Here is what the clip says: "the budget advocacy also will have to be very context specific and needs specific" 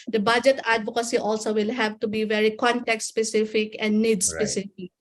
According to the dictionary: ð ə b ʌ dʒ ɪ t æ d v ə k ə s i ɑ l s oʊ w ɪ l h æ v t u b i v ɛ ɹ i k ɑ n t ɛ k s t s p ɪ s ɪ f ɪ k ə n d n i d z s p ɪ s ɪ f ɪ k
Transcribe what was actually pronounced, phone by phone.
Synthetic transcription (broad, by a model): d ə b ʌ dʒ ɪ t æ d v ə k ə s i ɑ l s oʊ w ɪ l h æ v t u b i v ɛ ɹ i k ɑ n t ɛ k t s p ɪ s ɪ f ɪ k ə n d n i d s p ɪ s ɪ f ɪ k